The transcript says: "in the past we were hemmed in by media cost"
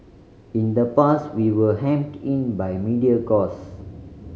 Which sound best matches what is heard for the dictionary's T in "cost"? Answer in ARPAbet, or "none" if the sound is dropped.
none